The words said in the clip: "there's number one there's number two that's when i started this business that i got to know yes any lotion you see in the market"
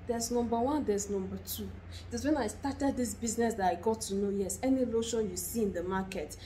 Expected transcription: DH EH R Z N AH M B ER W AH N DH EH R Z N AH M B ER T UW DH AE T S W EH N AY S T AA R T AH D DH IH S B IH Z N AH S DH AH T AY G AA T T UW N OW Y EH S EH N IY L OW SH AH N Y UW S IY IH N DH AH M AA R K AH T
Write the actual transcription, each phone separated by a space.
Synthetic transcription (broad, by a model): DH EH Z N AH M B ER W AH N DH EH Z N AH M B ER T UW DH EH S W EH N AY S T AA T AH D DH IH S B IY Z N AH S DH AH T AY G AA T T UW N OW Y EH S EH N IY L OW SH AH N Y UW S IY IH N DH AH M AA K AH T